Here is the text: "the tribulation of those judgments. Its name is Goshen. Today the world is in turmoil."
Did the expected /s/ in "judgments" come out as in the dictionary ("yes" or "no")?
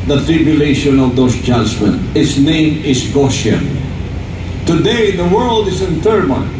no